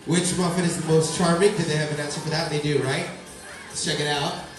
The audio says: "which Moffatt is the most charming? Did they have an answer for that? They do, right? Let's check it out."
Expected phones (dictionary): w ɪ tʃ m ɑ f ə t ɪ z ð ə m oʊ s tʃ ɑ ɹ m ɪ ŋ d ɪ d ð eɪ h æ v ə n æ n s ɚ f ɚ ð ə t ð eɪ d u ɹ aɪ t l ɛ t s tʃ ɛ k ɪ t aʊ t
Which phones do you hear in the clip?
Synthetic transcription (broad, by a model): w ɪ tʃ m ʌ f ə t ɪ z ð ə m oʊ s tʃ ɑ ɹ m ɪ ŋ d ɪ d ð eɪ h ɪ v ə n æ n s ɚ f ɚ ð ə t ð eɪ d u ɹ aɪ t t tʃ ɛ k ɪ t aʊ t